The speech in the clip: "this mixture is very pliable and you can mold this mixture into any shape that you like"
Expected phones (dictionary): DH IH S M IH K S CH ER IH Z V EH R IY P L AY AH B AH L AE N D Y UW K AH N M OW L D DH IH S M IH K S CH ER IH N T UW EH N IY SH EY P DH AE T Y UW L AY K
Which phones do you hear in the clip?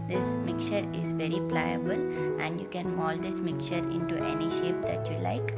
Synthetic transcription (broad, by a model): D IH S M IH K CH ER IH Z V EH R IY P L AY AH B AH L AE N D Y UW K AH N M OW L D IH S M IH K CH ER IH N T UW EH N IY SH EY P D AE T Y UW L AY K